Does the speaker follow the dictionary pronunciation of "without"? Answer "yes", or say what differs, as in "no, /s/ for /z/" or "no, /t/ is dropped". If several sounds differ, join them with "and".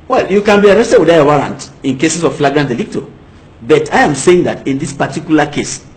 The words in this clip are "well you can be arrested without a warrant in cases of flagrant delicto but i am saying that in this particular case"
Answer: no, /t/ is dropped